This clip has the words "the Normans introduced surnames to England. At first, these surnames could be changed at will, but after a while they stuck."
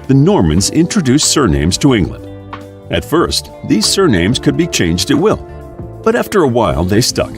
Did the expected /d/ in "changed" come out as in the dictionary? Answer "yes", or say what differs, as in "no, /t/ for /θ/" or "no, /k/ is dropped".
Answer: yes